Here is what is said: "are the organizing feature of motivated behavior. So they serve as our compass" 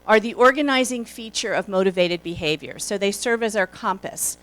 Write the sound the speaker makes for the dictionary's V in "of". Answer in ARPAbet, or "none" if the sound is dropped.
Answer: V